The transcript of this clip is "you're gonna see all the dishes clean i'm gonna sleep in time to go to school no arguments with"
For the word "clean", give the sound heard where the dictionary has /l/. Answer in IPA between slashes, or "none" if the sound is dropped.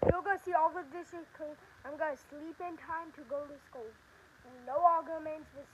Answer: none